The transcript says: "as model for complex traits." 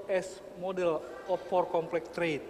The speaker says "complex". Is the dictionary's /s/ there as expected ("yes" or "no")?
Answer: no